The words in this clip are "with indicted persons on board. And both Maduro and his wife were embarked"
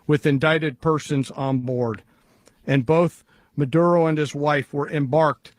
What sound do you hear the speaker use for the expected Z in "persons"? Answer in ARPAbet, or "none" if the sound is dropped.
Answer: Z